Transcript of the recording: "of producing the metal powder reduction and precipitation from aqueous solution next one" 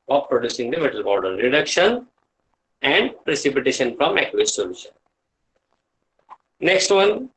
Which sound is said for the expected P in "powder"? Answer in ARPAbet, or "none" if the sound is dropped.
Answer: B